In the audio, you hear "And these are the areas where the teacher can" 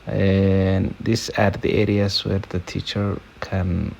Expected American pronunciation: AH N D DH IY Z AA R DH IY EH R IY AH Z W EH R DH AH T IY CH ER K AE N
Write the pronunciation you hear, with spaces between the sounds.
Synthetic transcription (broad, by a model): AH N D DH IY S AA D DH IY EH R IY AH S W EH R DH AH T IY CH ER K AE N